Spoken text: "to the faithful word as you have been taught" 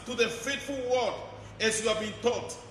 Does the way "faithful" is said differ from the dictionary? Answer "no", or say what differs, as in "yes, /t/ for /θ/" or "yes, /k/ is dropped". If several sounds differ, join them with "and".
yes, /t/ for /θ/